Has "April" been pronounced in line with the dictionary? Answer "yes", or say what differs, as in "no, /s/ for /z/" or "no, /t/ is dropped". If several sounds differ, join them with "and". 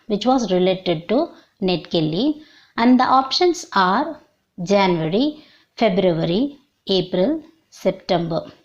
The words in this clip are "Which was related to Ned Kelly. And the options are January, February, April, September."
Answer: yes